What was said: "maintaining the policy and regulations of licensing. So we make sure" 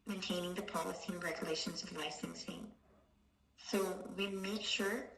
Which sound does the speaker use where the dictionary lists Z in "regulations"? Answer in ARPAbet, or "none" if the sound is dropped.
Z